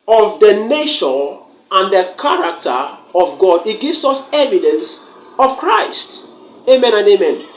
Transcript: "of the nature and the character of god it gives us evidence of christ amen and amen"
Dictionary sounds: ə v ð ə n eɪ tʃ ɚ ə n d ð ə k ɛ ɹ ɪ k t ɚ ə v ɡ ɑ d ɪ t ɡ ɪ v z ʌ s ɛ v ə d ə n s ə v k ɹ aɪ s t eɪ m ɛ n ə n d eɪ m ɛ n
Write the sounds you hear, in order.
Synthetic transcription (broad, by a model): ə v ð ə n eɪ ʃ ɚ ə n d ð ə k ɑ ɹ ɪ k t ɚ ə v ɡ ɑ d ɪ t ɡ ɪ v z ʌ s ɛ v ə d ə n s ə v k ɹ aɪ s t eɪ m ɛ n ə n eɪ m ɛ n